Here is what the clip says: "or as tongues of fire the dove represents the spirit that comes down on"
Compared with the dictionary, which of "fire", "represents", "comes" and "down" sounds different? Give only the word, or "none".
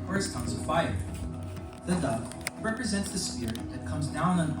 none